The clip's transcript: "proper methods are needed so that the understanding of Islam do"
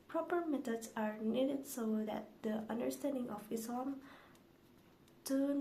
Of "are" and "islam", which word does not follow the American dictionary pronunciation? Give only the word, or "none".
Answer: islam